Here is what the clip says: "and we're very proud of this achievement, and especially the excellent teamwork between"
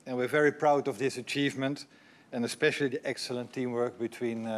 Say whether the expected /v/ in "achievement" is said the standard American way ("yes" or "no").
yes